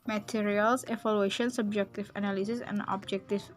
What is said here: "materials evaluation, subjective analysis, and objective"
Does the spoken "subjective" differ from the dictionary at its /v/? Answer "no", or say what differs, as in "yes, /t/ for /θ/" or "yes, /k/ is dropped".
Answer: yes, /f/ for /v/